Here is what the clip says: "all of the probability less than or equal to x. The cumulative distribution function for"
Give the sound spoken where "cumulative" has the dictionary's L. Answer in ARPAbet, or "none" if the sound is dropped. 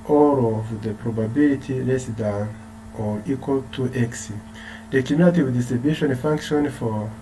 none